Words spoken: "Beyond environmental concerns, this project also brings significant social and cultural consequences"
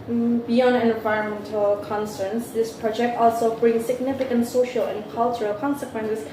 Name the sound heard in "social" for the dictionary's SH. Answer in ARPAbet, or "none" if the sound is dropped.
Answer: SH